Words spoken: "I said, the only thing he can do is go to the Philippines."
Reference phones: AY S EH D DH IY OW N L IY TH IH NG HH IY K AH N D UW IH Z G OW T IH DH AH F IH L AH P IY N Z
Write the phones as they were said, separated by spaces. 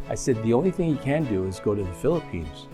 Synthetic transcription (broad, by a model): AY S EH D DH IY OW N L IY TH IH NG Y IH K AH N D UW IH Z G OW T IH DH AH F IH L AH P IY N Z